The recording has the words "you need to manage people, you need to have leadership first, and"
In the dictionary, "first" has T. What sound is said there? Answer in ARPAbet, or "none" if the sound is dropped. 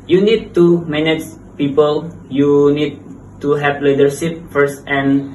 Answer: T